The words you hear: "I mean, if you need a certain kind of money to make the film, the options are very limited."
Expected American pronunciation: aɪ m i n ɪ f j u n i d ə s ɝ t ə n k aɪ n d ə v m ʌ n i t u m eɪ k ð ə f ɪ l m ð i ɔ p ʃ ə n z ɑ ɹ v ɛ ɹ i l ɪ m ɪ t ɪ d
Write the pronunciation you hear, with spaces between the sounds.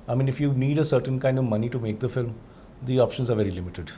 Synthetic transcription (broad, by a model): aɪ m i n ɪ f j u n i d ə s ɝ t ə n k aɪ n d ə v m ʌ n i t u m eɪ k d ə f ɪ l m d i ɔ p ʃ ə n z ɑ ɹ v ɛ ɹ i l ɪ m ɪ t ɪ d